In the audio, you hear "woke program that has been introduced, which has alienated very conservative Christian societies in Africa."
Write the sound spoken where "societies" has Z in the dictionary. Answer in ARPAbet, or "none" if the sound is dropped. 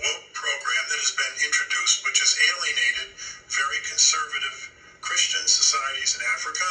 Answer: Z